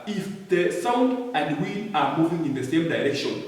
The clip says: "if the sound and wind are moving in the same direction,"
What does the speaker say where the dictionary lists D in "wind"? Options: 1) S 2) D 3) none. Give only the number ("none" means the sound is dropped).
3